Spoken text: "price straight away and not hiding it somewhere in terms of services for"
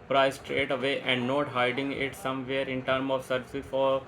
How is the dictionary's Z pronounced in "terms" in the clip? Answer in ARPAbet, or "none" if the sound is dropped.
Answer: none